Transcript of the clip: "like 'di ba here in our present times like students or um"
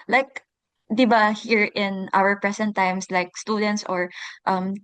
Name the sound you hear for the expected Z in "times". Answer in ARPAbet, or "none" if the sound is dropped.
S